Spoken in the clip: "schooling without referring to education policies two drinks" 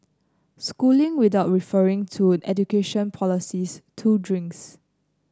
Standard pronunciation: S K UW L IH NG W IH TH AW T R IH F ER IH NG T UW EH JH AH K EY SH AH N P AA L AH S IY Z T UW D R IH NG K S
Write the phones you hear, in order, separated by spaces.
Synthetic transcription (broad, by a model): S K UW L IH NG W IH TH AW T R IH F ER IH NG T UW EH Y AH K EY SH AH N P AA L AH S IY S T UW D R IH NG K S